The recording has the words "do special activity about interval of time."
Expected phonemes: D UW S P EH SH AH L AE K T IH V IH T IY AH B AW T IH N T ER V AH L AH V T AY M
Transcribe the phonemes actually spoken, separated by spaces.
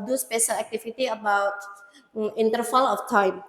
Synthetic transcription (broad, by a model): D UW S P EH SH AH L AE K T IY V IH T IY AH B AW T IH N T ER F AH L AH F T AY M